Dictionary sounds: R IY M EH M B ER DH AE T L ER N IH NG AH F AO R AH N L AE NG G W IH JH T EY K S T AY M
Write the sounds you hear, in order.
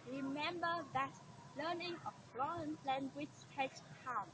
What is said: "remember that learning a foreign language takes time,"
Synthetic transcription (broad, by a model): R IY M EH M B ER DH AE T L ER N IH NG AH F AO AH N L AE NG G W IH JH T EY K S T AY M